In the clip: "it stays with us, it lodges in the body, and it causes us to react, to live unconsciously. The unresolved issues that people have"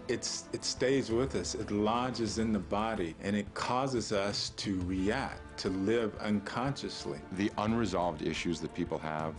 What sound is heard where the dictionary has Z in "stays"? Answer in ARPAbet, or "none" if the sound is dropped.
Z